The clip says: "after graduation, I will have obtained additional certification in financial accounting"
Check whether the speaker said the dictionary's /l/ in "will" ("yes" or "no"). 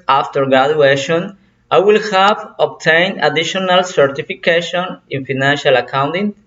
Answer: yes